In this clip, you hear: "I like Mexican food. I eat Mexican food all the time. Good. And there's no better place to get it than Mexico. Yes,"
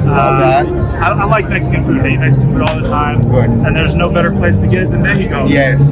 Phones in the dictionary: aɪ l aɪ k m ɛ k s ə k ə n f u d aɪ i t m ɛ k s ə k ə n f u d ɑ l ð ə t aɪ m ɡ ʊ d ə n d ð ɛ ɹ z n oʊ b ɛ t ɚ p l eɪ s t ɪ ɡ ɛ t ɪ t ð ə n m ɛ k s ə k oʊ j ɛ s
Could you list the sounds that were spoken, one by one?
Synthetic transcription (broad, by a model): aɪ l aɪ k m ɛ k s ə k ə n f u d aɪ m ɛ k s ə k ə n f u d ɑ l ð ə t aɪ m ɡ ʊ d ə n ð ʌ ɹ z n oʊ b ɛ t ɚ p l eɪ s t ɪ ɡ ɛ t ɪ t ð ə n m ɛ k ə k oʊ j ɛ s